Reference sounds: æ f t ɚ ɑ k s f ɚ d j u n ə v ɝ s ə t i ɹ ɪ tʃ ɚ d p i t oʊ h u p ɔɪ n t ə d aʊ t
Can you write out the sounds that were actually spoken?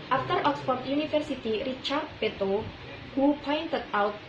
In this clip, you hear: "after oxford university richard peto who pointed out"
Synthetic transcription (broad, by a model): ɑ f t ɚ ɑ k s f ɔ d j u n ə f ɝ s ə t i ɹ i tʃ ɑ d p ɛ t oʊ h u p ɔɪ n t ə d aʊ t